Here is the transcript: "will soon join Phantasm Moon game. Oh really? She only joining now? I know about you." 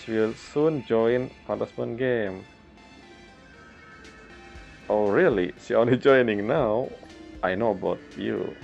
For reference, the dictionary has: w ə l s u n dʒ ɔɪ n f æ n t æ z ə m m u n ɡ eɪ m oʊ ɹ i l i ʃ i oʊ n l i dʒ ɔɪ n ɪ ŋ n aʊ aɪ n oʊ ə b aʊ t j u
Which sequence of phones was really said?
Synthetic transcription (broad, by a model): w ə l s u n dʒ ɔɪ n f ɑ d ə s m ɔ n ɡ eɪ m oʊ ɹ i l i s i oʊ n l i dʒ ɔɪ n ɪ ŋ n aʊ aɪ n oʊ ə b aʊ t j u